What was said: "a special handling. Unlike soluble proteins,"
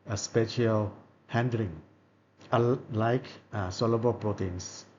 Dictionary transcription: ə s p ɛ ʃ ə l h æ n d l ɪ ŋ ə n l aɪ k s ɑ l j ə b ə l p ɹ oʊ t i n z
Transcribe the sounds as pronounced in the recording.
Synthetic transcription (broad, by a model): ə s p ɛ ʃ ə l h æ n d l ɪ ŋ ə l aɪ k s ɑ l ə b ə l p ɹ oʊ t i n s